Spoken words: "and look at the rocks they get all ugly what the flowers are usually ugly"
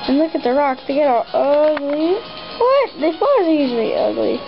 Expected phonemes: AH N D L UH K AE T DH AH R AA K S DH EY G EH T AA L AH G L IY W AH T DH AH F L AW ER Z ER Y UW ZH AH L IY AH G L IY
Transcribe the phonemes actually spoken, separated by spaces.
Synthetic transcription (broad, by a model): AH N L UH K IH T DH AH R AA K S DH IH G EH T AA L AH G L IY W AH T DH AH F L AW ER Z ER Y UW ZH L IY AH G L IY